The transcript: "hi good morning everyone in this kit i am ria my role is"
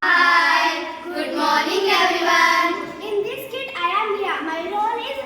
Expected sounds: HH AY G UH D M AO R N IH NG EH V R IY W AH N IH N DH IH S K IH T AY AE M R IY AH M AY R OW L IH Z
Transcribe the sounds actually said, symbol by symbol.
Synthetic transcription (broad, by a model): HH AY G UH D M AO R N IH NG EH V R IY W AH N IH N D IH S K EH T AY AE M L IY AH M AY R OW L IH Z